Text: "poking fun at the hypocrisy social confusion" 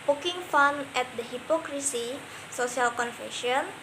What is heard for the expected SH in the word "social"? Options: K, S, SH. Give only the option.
S